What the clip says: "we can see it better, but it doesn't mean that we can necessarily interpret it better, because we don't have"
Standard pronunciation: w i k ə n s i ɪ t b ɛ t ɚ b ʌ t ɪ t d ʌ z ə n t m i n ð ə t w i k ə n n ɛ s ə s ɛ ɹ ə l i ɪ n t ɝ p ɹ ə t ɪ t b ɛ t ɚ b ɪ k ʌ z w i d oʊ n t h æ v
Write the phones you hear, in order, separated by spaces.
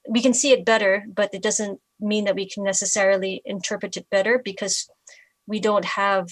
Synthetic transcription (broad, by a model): w i k ə n s i ɪ t b ɛ t ɚ b ʌ t ɪ t d ʌ z ə n t m i n ð ə t w i k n n ɛ s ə s ɛ ɹ l i ɪ n t ɝ p ɹ ə t ɪ t b ɛ t ɚ b ɪ k ʌ z w i d oʊ n t h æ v